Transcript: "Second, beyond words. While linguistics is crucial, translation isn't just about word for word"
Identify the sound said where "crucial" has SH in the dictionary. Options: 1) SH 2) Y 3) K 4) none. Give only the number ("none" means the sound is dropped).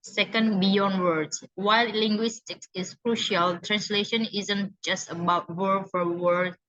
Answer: 1